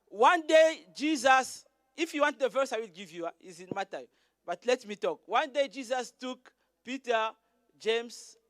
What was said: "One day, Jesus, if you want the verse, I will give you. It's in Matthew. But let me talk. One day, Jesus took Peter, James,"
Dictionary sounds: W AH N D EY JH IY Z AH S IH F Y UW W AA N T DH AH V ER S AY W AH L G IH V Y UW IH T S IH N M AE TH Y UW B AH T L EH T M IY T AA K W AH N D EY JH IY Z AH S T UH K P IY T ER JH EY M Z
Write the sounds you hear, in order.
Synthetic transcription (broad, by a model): W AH N D EY JH IY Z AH S IH F Y UW W AA N T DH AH V ER S AY W AH L G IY V Y UW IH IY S IH N M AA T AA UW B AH T L EH T M IY T AA K W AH N D EY JH IY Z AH S T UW K P IY T ER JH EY M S